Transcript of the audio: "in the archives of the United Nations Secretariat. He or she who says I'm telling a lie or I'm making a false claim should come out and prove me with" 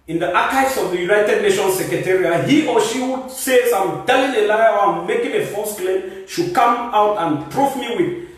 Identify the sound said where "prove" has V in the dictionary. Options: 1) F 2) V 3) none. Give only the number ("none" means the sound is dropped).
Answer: 1